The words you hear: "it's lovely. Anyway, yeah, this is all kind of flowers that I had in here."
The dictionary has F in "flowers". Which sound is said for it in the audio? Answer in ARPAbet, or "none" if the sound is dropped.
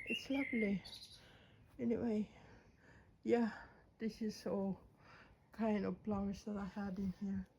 P